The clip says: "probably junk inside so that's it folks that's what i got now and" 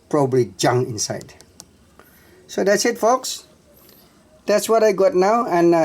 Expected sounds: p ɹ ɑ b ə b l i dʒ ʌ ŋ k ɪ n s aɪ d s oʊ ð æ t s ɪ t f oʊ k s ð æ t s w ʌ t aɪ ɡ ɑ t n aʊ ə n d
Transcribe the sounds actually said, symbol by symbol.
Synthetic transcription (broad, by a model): p ɹ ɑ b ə b l i dʒ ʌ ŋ ɪ n s aɪ d s oʊ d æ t s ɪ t f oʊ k s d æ t s w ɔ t aɪ ɡ ɑ t n aʊ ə n